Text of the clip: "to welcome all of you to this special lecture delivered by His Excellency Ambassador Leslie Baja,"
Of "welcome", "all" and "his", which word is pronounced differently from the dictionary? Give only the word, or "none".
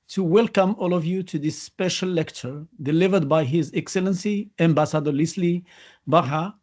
none